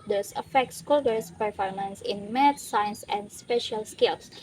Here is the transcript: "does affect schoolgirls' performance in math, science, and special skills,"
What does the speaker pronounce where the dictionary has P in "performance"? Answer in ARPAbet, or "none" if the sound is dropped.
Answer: P